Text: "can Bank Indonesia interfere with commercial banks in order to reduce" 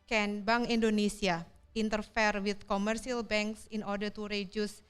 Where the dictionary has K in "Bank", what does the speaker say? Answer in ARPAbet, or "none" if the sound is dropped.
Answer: none